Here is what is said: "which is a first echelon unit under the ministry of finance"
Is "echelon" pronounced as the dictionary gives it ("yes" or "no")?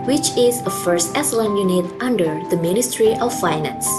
no